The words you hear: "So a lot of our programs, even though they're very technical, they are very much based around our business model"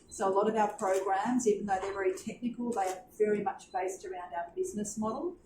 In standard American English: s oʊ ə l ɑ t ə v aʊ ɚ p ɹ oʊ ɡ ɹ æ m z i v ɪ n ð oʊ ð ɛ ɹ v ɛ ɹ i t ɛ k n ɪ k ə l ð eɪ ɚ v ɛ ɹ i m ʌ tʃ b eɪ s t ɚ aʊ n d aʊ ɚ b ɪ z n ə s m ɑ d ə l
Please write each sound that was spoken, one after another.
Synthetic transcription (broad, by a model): s oʊ ə l ɑ t ə v aʊ ɚ p ɹ oʊ ɡ ɹ æ m z i v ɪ n ð oʊ ð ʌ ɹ v ɛ ɹ i t ɛ k n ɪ k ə l ð eɪ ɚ v ɛ ɹ i m ʌ tʃ b eɪ s t ɚ aʊ n d aʊ ɚ b ɪ z n ə s m ɑ d l